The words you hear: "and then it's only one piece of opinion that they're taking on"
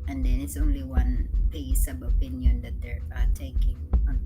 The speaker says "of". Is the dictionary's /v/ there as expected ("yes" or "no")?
no